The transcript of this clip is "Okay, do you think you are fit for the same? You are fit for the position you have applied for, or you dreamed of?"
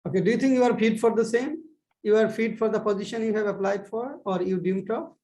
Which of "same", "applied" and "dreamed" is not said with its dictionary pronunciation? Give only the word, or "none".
dreamed